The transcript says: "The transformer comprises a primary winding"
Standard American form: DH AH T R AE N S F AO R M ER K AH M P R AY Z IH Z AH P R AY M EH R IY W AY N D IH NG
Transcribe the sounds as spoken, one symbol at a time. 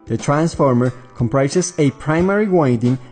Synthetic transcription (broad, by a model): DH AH T R AE N S F AO R M ER K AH M P R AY S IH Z AH P R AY M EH R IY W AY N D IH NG